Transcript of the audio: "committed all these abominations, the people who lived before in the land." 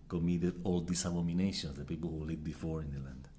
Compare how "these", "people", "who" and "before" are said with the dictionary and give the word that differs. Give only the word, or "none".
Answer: these